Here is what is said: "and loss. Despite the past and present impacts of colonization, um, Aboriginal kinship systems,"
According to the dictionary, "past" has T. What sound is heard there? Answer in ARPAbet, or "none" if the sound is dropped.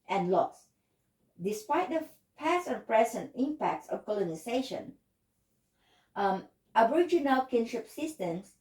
none